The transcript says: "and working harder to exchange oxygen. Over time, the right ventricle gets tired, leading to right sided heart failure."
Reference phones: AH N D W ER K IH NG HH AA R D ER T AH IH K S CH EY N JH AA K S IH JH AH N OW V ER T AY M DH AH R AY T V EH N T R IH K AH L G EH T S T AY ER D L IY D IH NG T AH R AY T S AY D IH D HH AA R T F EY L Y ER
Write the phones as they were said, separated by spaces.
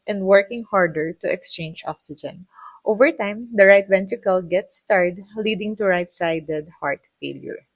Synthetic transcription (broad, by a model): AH N D W ER K IH NG HH AA R D ER T AH IH K S CH EY N JH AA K S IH JH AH N OW V ER T AY M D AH R AY T V EH N T R IH K AH L G EH T S T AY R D L IY D IH NG T AH R AY T S AY D IH D HH AA R T F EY L Y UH